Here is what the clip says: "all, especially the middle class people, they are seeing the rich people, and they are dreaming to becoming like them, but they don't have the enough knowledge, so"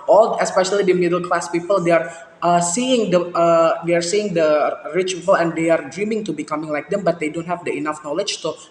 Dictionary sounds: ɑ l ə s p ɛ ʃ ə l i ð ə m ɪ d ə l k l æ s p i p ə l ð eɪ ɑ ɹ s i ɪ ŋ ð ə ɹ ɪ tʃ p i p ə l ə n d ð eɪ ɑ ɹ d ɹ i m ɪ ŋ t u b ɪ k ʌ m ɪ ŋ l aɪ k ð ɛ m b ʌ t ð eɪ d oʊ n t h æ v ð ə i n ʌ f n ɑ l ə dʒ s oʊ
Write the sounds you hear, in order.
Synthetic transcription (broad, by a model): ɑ l ə s p ɛ ʃ ə l i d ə m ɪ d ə l k l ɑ s p i p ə l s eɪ ɑ ɹ s i ɪ ŋ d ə ɹ ɪ tʃ p i p ə l ə n d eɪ ɑ ɹ d ɹ i m ɪ ŋ t u b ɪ k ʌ m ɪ ŋ l aɪ k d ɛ m b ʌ t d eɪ d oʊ n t h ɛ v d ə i n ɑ f n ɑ l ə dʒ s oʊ